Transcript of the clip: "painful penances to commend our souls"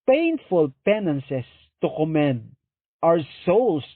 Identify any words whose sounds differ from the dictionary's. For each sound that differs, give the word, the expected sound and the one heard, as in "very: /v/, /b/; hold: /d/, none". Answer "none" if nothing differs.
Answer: penances: /z/, /s/; our: /ɹ/, /w/